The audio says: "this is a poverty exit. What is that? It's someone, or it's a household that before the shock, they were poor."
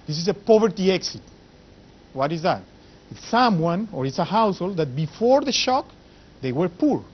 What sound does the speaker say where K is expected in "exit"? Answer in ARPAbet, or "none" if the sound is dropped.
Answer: K